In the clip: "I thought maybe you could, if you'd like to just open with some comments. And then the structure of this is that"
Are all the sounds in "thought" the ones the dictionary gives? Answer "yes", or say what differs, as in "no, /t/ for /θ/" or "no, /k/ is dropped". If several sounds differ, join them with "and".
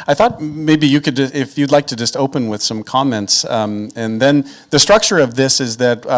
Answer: yes